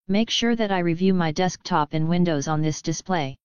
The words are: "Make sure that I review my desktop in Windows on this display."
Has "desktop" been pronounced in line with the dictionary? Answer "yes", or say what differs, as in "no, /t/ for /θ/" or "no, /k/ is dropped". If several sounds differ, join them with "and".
yes